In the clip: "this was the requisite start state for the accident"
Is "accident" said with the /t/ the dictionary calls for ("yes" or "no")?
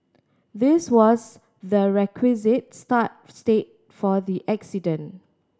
no